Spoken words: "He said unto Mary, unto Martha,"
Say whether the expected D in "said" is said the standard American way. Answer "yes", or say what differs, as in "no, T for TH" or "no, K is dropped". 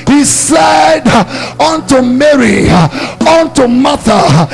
yes